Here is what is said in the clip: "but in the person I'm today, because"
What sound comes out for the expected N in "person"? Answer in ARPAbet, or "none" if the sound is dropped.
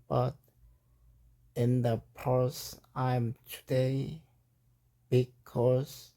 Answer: none